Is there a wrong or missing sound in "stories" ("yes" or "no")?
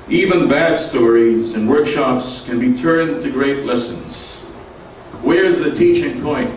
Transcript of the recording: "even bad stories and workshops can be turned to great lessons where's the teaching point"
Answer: no